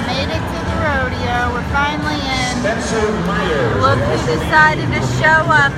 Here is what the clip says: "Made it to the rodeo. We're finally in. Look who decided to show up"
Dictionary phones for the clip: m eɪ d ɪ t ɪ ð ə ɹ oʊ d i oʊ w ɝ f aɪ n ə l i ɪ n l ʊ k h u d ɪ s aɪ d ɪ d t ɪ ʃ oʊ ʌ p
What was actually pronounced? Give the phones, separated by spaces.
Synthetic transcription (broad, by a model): m eɪ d ɪ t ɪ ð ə ɹ oʊ d i oʊ w ɝ f aɪ n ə n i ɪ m l ʊ k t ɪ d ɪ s aɪ d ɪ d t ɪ ʃ oʊ ʌ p